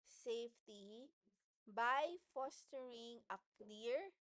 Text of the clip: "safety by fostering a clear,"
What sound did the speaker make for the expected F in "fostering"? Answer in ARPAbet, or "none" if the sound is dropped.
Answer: F